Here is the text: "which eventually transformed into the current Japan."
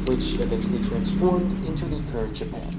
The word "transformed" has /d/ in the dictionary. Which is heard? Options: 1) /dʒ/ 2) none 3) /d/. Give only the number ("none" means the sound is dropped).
3